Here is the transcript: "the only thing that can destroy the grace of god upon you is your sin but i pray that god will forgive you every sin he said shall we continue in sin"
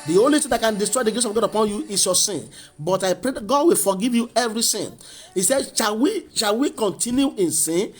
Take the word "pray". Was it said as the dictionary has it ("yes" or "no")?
yes